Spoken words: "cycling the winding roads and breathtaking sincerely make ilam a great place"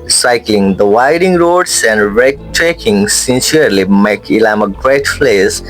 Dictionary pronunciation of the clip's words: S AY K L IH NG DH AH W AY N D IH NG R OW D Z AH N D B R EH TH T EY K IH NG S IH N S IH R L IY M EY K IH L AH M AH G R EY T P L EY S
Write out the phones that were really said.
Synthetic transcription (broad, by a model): S AY K L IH NG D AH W AY D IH NG R OW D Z AH N D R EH T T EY K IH NG S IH N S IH R L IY M EY K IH L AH M AH G R EY T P L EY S